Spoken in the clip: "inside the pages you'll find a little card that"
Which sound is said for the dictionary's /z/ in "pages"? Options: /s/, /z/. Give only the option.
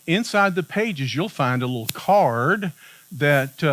/z/